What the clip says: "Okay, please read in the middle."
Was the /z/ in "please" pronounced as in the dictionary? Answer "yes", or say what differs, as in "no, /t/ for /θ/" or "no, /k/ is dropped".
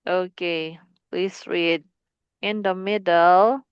no, /s/ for /z/